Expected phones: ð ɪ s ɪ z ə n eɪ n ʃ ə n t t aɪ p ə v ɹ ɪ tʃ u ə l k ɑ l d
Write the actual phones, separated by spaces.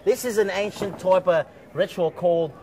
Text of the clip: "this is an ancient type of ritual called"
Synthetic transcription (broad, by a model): ð ɪ s ɪ z ə n eɪ n ʃ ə n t t aɪ p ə ɹ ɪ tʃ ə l k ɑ l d